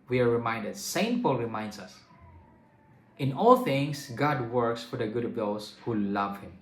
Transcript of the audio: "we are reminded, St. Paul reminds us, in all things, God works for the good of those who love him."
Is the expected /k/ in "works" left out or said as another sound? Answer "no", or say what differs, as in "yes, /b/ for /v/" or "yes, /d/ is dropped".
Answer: no